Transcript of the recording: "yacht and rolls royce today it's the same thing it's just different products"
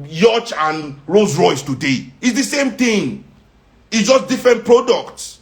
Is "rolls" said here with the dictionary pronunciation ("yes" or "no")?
no